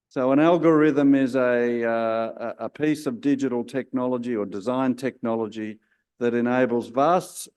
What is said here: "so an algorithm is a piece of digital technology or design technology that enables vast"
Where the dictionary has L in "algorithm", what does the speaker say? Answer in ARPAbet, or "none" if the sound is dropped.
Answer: L